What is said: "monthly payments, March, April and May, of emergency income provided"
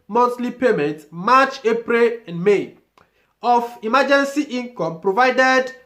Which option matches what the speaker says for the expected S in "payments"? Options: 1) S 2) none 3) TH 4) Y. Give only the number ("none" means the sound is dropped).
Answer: 2